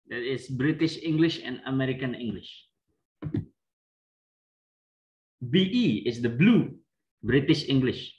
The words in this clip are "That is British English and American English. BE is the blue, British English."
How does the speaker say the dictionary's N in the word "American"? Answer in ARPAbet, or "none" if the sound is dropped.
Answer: N